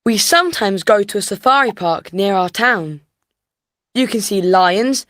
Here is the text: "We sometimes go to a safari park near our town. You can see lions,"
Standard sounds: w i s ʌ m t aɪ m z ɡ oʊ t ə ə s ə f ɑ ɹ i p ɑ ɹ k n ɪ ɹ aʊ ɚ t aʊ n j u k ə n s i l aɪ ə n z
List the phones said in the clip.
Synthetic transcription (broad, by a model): w i s ʌ m t aɪ m z ɡ oʊ t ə ə s ə f ɑ ɹ i p ɑ k n ɪ ɹ aʊ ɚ t aʊ n j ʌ k ə n s i l aɪ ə n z